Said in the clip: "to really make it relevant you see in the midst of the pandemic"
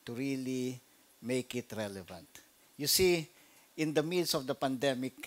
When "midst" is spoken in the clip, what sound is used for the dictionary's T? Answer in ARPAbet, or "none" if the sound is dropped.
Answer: none